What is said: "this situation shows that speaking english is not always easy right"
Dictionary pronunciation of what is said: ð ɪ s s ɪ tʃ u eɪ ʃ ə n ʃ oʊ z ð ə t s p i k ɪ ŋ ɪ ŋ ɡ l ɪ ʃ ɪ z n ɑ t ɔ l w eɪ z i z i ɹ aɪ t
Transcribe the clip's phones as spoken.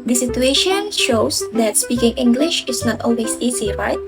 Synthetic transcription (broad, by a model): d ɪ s s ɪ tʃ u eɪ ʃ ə n ʃ oʊ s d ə t s p i k ɪ ŋ ɪ ŋ ɡ l ɪ ʃ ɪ s n ɑ t ɔ l w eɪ s i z i ɹ aɪ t